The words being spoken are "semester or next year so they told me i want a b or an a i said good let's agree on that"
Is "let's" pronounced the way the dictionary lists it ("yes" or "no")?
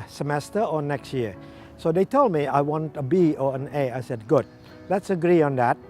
yes